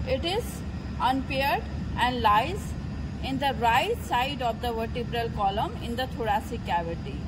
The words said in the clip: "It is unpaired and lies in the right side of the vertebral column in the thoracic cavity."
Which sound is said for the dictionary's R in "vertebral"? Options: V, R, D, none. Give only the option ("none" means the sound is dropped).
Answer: R